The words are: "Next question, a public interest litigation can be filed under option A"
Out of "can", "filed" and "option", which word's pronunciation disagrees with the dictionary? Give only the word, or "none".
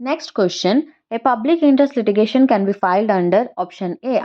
none